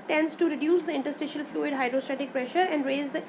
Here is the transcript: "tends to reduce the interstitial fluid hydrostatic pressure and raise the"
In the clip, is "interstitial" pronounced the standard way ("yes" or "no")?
yes